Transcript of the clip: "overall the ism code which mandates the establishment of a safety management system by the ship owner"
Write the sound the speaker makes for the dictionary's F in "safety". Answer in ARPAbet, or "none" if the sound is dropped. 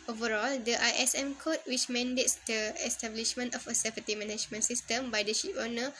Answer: P